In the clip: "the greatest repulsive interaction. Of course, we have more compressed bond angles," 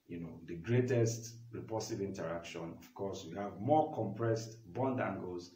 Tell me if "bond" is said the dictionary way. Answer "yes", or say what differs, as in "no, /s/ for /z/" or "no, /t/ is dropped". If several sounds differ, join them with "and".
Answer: yes